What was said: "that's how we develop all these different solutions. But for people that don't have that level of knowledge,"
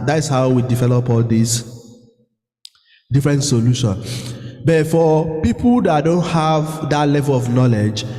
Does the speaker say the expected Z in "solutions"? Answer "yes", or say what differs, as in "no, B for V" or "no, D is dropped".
no, Z is dropped